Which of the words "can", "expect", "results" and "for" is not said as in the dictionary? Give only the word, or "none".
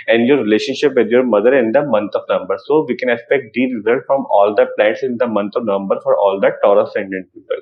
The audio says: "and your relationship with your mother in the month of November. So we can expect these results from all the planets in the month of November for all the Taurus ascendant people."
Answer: results